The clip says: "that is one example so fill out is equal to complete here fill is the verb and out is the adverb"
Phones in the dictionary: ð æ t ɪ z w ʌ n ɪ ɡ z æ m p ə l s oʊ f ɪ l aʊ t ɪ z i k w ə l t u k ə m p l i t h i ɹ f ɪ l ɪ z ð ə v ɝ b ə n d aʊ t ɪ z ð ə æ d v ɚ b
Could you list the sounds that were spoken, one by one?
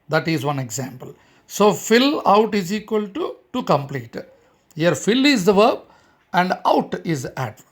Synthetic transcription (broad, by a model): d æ t ɪ z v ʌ n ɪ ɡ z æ m p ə l s oʊ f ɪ l aʊ t ɪ z i k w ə l t u k ə m p l i t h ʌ ɹ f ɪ l ɪ z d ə v ɝ b ə n d aʊ t ɪ z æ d